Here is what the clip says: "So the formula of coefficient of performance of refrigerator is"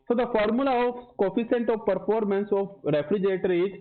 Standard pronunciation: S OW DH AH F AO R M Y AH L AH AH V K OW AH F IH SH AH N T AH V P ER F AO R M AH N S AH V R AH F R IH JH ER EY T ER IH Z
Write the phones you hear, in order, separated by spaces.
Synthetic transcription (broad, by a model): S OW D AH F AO R M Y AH L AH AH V K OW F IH S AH N T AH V P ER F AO R M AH N S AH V R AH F R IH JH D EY T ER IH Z